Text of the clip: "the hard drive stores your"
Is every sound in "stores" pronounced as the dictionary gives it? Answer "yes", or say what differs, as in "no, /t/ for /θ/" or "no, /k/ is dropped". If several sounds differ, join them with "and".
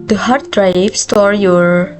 no, /z/ is dropped